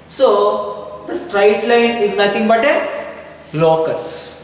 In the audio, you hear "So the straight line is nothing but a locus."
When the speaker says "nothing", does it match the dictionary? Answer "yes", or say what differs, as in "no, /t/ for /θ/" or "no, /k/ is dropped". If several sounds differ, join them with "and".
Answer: no, /t/ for /θ/